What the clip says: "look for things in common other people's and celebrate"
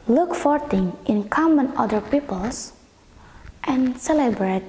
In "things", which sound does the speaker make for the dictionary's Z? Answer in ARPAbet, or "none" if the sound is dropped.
none